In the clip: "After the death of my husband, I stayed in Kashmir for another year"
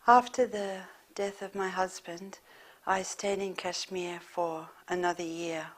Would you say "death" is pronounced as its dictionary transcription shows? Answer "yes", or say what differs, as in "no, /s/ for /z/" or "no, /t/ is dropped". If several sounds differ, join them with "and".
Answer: yes